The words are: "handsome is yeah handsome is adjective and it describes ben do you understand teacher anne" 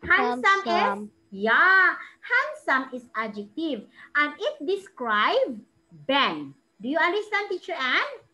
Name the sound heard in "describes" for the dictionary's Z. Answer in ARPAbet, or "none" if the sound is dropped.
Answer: none